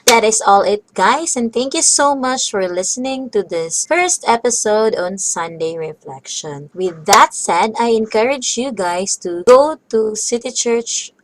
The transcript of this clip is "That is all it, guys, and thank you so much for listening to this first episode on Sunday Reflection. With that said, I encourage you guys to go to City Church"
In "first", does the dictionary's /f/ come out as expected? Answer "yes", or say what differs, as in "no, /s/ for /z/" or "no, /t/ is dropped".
yes